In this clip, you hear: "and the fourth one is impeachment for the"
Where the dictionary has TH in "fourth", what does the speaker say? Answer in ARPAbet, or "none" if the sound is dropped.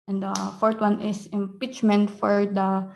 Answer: T